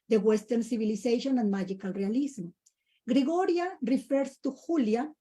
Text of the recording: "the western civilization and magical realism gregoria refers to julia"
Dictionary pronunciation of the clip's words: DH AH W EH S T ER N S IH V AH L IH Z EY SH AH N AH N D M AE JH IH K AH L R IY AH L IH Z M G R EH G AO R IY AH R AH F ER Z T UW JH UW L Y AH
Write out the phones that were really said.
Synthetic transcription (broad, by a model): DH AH W EH S T ER N S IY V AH L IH S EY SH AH N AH N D M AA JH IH K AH L R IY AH L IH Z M G R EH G AO R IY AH R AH F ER S T UW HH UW L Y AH